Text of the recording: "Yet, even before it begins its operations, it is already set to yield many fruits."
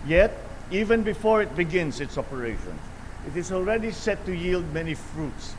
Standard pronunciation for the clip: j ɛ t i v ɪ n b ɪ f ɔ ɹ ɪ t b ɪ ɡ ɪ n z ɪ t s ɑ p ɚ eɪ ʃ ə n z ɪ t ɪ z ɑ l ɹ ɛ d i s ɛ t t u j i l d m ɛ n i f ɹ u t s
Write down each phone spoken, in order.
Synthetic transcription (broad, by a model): j ɛ t i v ɪ n b ɪ f ɔ ɹ ɪ t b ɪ ɡ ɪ n s ɪ t s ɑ p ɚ eɪ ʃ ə n s ɪ t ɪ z ɑ l ɹ ɛ d i s ɛ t t u j i l d m ɛ n i f ɹ u t s